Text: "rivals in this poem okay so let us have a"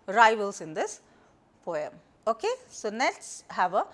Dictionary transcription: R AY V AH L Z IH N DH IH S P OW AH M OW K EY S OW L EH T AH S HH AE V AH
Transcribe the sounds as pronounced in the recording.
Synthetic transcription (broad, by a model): R AY V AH L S IH N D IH S P OW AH M OW K EY S OW N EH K S HH AE V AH